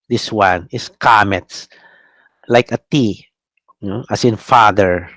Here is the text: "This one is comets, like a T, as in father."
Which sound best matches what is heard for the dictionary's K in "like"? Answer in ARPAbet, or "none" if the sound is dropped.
K